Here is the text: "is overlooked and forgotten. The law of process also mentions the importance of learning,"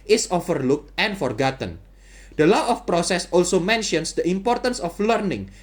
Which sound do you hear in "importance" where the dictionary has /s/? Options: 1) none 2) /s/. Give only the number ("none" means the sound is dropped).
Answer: 2